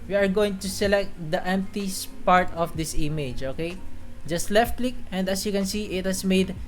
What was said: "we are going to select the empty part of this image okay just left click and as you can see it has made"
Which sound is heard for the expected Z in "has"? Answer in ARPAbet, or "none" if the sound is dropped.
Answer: S